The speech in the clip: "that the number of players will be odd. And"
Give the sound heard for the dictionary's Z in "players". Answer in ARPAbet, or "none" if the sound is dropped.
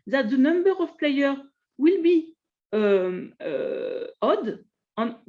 none